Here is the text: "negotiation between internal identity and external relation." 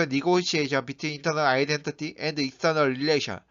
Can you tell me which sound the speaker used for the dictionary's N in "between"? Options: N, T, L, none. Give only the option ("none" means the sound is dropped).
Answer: none